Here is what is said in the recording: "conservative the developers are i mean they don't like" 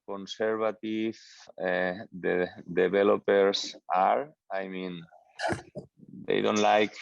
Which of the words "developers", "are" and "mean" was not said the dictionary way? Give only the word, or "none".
developers